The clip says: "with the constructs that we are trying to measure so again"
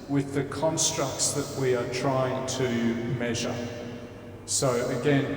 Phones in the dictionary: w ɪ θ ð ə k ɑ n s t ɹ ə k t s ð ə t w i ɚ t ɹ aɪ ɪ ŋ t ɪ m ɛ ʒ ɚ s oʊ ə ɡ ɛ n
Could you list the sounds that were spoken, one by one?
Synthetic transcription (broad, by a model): w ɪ ð ə k ɑ n s t ɹ ə k t s ð ə t w i ɚ t ɹ aɪ ɪ ŋ t ɪ m ɛ ʒ ɚ s oʊ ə ɡ ɛ n